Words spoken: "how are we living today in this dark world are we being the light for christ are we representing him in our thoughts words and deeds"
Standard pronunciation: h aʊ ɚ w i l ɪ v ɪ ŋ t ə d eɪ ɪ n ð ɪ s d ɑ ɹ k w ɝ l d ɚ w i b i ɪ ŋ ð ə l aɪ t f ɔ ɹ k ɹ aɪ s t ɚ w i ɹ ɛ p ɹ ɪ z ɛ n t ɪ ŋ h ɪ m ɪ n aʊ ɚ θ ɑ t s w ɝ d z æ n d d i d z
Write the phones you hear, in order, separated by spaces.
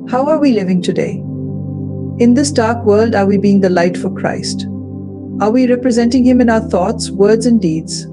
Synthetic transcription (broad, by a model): h aʊ ɚ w i l ɪ v ɪ ŋ t ə d eɪ ɪ n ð ɪ s d ɑ ɹ k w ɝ l d ɚ w i b i ɪ ŋ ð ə l aɪ t f ɔ ɹ k ɹ aɪ s t ɚ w i ɹ ɛ p ɹ ɪ z ɛ n t ɪ ŋ h ɪ m ɪ n aʊ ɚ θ ɑ t s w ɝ d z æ n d d i d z